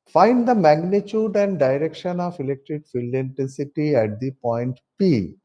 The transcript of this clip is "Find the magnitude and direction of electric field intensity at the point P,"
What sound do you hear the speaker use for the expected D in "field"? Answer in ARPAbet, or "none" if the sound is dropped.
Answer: none